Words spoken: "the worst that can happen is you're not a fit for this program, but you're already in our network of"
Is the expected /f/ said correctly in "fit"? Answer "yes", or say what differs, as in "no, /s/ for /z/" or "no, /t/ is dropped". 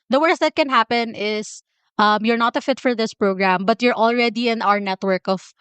yes